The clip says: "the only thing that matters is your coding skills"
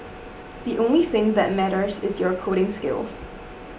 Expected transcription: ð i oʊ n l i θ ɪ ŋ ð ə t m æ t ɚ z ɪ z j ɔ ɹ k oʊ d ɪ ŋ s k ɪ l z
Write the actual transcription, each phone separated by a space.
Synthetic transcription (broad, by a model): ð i oʊ n l i θ ɪ ŋ ð ə t m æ t ɚ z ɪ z j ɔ ɹ k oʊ d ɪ ŋ s k ɪ l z